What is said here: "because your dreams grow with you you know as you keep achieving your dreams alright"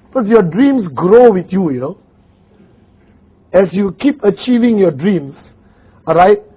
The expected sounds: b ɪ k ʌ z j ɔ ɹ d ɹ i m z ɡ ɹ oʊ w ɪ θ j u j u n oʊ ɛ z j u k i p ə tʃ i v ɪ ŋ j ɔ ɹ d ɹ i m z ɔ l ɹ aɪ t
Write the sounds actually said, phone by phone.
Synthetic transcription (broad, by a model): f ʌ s j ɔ d ɹ i m s ɡ ɹ oʊ w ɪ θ j u j u n oʊ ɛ s j u k i p ə tʃ i v ɪ ŋ j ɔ d ɹ i m s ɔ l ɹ aɪ t